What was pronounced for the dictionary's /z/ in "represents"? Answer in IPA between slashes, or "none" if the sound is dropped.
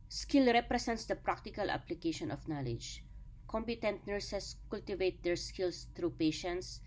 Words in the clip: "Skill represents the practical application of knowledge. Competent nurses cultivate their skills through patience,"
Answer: /s/